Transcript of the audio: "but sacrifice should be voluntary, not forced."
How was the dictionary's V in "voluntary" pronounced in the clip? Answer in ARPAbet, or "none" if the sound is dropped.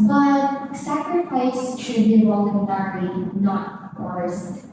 W